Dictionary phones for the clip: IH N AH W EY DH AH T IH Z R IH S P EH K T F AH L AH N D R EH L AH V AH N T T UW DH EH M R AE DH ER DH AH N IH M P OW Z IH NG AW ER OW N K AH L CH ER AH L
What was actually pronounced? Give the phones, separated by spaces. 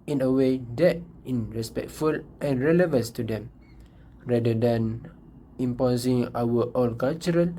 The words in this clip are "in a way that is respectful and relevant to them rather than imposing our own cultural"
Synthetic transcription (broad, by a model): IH N AH W EY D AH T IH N R IH S P EH K T F AH L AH N R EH L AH V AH N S T UW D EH M R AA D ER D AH N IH M P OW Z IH NG AW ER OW L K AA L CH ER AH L